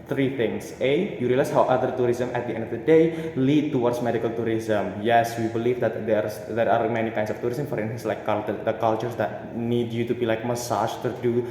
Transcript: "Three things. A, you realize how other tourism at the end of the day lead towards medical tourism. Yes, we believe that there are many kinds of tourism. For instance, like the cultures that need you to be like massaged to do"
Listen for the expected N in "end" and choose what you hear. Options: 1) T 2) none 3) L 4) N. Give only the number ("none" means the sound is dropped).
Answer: 4